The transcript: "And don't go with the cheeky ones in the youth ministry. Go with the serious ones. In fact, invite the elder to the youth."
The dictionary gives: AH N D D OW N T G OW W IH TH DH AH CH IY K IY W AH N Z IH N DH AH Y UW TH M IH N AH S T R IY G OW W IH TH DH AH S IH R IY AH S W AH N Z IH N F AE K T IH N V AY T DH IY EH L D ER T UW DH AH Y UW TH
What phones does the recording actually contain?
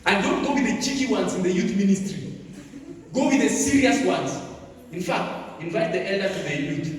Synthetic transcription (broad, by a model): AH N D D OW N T G OW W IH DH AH CH IY K IY W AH N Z IH N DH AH Y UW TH M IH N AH S T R IY G OW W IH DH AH S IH R IY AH S W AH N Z IH N F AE K T IH N V AY T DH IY EH L D ER T UW DH AH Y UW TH